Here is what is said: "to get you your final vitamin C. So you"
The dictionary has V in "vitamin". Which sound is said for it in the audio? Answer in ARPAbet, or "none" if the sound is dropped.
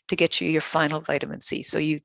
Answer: V